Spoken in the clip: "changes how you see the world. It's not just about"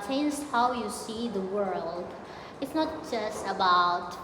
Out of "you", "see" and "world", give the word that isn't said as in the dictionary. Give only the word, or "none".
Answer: none